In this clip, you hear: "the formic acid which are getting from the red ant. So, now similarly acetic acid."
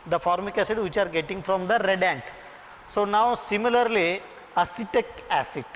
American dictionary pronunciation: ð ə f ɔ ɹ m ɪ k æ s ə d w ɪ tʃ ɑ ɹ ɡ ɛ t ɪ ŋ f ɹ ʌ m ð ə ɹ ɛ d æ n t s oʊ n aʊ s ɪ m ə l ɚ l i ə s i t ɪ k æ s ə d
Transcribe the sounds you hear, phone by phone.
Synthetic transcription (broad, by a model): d ə f ɔ ɹ m ɪ k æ s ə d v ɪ tʃ ɑ ɹ ɡ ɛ t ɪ ŋ f ɹ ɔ m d ə ɹ ɛ d æ n t s oʊ n aʊ s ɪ m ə l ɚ l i ə s i t ɪ k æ s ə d